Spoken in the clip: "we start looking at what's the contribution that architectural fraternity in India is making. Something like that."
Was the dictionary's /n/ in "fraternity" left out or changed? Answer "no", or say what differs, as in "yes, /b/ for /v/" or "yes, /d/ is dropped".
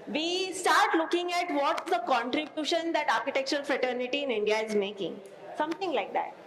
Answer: no